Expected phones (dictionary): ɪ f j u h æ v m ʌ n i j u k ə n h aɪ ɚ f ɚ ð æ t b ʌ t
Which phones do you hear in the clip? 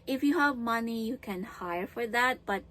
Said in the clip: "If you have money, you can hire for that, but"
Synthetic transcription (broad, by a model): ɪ f j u h æ v m ʌ n i j u k ə n h aɪ ɚ f ɚ ð æ t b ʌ t